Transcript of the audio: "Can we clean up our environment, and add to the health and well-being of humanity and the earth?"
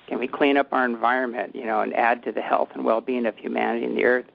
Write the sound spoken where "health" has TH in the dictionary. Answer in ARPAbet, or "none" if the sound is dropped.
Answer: TH